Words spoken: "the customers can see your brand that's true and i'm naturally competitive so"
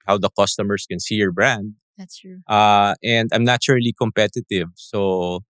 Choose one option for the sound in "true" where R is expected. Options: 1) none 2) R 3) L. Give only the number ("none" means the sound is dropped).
1